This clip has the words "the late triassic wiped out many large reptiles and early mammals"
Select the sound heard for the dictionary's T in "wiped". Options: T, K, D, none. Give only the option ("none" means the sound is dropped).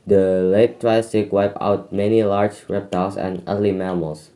none